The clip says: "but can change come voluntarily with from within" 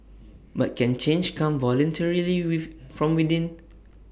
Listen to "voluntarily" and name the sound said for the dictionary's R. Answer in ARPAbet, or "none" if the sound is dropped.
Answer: R